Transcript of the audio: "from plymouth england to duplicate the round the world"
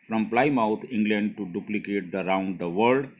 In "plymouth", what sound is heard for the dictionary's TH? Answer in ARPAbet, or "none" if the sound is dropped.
T